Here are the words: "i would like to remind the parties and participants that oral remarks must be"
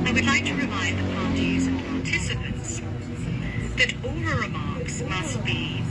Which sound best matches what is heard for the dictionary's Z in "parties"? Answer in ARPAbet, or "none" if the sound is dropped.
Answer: Z